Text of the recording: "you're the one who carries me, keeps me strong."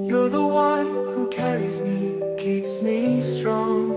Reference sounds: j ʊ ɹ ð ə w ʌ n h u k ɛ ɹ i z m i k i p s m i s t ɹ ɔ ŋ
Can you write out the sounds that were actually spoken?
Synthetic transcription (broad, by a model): j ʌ ɹ ð ə w ʌ n h u k ɛ ɹ i z m i k i p s m i s t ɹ ɔ ŋ